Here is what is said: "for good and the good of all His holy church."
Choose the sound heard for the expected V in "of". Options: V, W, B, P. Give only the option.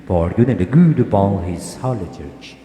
B